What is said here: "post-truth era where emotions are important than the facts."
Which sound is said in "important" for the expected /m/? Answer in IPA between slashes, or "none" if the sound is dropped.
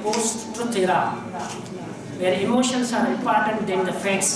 none